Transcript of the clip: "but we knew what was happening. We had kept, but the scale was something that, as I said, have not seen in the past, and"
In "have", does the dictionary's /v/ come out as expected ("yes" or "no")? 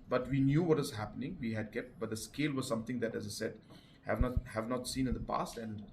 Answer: yes